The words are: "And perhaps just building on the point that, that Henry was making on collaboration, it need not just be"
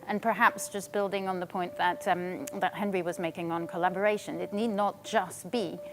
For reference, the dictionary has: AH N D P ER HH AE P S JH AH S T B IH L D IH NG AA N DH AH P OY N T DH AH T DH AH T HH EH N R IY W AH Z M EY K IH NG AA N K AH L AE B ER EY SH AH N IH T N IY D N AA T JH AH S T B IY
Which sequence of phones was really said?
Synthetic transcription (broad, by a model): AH N P ER HH AE P S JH AH S B IH L D IH NG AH N DH AH P OY N DH AH T DH AH T HH EH N R IY W AH Z M EY K IH NG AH N K AH L AE B ER EY SH AH N IH T N IY D N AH T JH AH S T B IY